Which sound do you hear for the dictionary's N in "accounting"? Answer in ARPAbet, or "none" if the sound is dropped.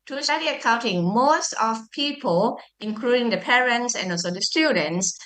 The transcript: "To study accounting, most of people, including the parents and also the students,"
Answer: N